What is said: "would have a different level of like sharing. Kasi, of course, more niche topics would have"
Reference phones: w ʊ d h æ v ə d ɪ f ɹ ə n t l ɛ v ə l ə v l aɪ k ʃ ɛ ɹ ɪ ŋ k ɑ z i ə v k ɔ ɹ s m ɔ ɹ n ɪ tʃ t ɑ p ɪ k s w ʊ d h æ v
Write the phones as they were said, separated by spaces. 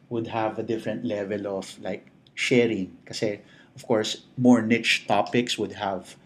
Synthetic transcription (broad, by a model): w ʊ d h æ v ə d ɪ f ɹ ə n t l ɛ v ə l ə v l aɪ k ʃ ɛ ɹ ɪ ŋ k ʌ s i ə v k ɔ ɹ s m ɔ ɹ n ɪ tʃ t ɑ p ɪ k s w ʊ d h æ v